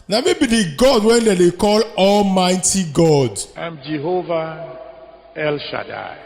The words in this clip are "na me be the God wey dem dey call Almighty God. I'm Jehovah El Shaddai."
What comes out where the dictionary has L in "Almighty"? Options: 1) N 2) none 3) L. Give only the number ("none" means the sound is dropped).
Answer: 3